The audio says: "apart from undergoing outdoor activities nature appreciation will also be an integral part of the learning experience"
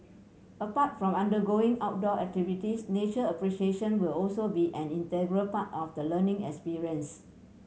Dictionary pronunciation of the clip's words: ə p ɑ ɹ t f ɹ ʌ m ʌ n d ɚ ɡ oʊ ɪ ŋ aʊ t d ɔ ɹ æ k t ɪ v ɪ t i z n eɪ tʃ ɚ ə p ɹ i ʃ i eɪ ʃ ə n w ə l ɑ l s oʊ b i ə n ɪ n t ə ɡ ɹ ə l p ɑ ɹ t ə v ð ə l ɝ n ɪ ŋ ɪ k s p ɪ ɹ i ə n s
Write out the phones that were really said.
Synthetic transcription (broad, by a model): ə p ɑ t f ɹ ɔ m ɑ n d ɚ ɡ oʊ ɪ ŋ aʊ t d ɔ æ k t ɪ v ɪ t i s n eɪ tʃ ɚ ə p ɹ i ʃ i eɪ ʃ ə n w ə l ɑ l s oʊ b i ə n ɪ n t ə ɡ ɹ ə l p ɑ t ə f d ə l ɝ n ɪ ŋ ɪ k s p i ɹ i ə n s